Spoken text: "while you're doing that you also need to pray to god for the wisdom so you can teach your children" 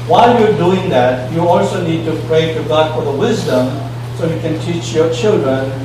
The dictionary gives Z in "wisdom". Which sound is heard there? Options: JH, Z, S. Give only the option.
Z